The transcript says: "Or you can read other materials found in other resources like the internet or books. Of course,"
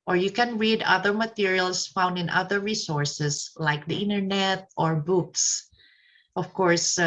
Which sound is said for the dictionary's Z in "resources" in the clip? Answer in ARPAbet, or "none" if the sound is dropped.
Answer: S